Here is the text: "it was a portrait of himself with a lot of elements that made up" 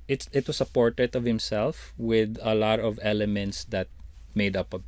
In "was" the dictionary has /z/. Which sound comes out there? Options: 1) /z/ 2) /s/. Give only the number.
2